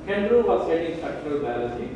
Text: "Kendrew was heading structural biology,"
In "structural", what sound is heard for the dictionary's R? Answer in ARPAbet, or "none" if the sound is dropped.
R